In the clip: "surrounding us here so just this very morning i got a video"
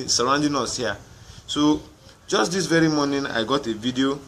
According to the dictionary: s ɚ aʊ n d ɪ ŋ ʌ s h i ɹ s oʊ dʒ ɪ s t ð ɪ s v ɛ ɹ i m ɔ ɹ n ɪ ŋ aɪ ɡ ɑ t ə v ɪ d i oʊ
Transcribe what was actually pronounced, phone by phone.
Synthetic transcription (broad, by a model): s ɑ aʊ n d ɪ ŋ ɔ s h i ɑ s oʊ dʒ ɪ s t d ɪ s v ɛ ɹ i m ɔ n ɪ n aɪ ɡ ɑ t ə v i d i oʊ